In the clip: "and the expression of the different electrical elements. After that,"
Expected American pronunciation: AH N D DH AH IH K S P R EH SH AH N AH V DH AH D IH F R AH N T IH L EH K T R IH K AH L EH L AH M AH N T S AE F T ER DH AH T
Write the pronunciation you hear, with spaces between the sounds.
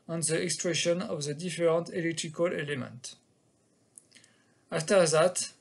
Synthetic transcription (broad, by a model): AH N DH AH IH K S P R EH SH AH N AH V DH AH D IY F R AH N T IH L EH K T R IH K AH L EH L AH M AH N T AA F T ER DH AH T